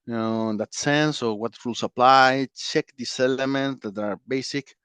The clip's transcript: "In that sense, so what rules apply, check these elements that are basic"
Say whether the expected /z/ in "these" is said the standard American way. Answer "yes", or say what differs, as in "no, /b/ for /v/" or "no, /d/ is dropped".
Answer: no, /s/ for /z/